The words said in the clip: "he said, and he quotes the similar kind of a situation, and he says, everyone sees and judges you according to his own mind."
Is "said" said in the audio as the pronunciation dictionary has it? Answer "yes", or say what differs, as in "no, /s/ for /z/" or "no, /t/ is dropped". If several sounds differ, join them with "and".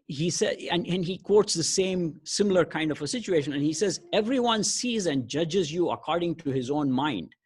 no, /d/ is dropped